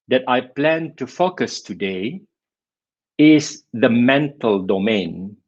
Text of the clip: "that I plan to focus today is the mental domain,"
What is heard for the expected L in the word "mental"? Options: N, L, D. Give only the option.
L